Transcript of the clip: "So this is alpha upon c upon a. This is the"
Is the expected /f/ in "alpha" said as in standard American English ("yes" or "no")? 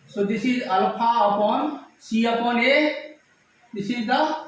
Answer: no